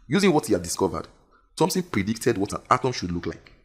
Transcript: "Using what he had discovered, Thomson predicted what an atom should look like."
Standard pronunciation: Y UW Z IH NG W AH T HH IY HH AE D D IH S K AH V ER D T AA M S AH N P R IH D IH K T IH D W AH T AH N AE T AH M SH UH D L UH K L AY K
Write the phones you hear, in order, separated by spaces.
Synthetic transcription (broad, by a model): Y UW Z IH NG W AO T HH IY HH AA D D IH S K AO V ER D S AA M TH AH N P R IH D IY K T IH D W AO T AH N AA T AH M SH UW D L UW K L AY K